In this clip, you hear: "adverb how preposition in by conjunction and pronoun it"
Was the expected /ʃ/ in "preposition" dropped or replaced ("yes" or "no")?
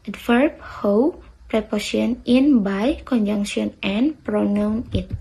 yes